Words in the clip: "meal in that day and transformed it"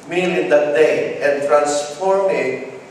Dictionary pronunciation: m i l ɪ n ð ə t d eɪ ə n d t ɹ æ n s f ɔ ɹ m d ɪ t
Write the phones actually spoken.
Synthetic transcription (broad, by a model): m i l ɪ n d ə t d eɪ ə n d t ɹ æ n s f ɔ ɹ m ɪ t